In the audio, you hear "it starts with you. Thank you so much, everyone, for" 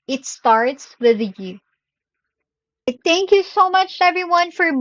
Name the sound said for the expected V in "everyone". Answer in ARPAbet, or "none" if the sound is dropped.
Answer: V